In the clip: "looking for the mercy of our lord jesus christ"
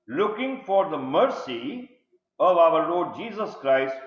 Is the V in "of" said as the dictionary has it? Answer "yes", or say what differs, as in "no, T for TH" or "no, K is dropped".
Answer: yes